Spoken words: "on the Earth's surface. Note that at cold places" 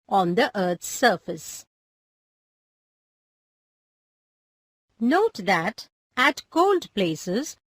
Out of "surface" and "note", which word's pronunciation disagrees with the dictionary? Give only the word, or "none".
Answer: none